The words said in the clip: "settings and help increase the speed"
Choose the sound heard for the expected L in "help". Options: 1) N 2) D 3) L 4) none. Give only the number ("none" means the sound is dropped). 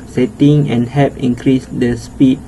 4